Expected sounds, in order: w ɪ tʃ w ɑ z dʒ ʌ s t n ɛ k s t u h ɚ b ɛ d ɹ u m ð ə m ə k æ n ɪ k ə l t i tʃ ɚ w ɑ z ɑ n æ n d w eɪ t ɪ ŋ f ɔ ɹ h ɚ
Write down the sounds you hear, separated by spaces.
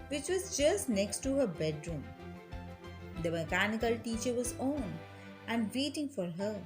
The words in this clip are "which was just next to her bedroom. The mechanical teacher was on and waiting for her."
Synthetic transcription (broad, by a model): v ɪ tʃ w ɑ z dʒ ʌ s t n ɛ k s t u h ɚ b ɛ d ɹ u m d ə m ə k æ n ɪ k ə l t i tʃ ɚ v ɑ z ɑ n æ n d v eɪ t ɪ ŋ f ɔ ɹ h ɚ